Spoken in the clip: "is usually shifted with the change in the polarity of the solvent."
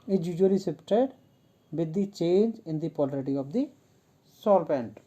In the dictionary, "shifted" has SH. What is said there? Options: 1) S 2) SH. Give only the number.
1